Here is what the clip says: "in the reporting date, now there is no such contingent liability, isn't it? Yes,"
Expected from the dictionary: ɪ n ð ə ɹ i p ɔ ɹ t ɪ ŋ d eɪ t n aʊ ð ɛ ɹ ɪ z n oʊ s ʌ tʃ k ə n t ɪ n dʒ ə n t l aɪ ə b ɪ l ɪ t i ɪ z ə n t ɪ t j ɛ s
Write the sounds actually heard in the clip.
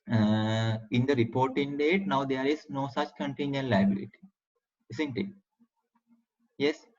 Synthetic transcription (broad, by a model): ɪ n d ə ɹ i p ɔ ɹ t ɪ ŋ d eɪ t n aʊ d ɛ ɹ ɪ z n oʊ s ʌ tʃ k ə n t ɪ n dʒ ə n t l aɪ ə b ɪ l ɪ t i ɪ s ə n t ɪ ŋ j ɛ s